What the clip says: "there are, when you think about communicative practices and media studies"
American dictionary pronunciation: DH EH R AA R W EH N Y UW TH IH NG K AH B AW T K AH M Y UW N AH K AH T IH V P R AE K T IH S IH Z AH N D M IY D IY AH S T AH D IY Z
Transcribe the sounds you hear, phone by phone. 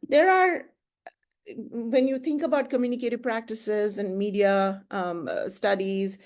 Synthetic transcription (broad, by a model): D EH R AA R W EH N Y UW T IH NG K AH B AW T K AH M Y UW N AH K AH T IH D P R AE K T IH S IH Z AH N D M IY D IY AH S T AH D IY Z